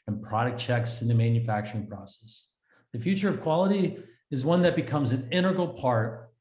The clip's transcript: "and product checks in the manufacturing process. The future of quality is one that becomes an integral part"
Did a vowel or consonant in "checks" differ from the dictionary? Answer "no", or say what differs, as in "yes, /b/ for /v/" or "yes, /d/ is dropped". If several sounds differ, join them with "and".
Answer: no